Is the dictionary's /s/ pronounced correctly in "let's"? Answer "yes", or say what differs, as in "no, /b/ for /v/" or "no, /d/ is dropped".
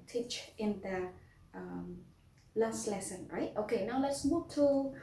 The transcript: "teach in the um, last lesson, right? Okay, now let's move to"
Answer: yes